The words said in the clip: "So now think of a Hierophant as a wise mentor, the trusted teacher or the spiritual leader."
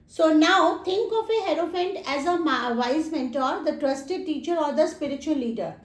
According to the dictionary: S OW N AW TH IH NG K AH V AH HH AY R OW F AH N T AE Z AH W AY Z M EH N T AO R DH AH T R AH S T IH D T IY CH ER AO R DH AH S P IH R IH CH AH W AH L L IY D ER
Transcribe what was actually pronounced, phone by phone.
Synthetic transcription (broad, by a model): S OW N AW T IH NG K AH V AH HH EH R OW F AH N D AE Z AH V AY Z M EH N T AO R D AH T R AH S T IH D T IY CH ER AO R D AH S P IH R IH CH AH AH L L IY D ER